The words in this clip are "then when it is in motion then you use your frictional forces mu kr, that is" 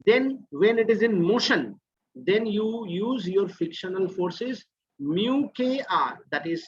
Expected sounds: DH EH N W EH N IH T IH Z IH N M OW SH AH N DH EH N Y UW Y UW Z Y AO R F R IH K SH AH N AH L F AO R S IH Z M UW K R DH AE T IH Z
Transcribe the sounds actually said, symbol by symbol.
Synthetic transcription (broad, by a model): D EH N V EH N IH T IH Z IH N M OW SH AH N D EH N Y UW Y UW Z Y AO R F IH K SH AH N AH L F AO R S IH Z M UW K R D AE T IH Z